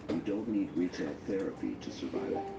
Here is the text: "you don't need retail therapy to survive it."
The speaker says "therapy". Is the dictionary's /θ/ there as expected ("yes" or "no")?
yes